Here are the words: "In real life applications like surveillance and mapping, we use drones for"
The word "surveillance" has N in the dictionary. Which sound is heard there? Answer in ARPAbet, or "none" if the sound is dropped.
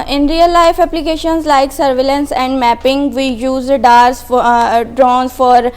N